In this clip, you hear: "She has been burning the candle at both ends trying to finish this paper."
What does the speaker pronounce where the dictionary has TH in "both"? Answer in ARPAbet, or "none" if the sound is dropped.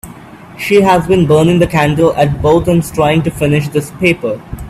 T